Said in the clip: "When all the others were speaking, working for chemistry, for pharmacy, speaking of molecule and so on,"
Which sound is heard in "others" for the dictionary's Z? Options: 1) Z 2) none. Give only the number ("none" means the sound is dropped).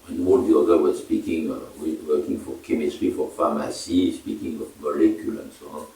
2